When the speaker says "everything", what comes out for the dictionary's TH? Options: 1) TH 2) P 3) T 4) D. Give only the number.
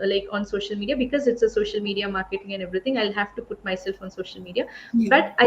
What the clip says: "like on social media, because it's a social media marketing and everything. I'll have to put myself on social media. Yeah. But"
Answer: 3